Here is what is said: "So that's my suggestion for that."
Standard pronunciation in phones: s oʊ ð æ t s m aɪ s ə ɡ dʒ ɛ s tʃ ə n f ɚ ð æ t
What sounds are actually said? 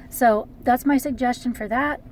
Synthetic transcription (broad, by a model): s oʊ ð æ t s m aɪ s ə ɡ dʒ ɛ s tʃ ə n f ɚ ð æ t